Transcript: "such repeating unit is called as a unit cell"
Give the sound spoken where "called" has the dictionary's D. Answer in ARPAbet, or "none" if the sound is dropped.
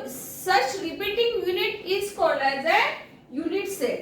none